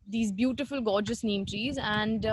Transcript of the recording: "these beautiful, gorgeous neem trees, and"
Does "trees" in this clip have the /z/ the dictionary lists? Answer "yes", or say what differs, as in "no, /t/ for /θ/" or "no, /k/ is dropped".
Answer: yes